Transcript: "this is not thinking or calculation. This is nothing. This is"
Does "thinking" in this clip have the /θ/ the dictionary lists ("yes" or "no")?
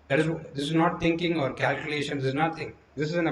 no